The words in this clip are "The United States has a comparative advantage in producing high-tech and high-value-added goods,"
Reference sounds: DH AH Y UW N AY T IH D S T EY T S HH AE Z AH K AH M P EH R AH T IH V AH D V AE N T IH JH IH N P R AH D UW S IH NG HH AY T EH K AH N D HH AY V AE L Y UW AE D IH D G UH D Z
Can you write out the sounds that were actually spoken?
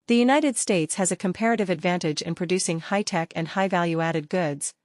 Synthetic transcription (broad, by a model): DH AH Y UW N AY T IH D S T EY T S HH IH Z AH K AH M P EH R AH T IH V AH D V AE N T IH JH IH N P R AH D UW S IH NG HH AY T EH K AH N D HH AY V AE L Y UW AE D IH D G UH D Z